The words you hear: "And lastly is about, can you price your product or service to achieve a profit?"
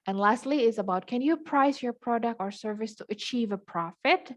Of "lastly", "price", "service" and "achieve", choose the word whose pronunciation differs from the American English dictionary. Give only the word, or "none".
none